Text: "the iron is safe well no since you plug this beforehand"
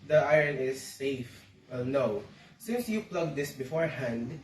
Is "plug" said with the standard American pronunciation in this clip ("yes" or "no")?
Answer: yes